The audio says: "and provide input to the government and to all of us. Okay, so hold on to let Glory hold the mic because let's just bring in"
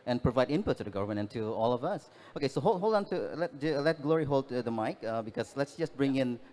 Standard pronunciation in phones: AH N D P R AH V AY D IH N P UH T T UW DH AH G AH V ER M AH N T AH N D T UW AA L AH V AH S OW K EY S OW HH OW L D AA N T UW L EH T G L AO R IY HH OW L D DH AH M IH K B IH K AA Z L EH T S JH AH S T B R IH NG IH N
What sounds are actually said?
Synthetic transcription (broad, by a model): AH N P R AH V AY D IH N P UH T T UW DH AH G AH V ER M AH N AH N T UW AA L AH V AH S OW K EY S OW HH OW L D AA N T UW L EH T G L AO R IY HH OW L D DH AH M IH K B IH K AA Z L EH T S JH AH S B R IH NG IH N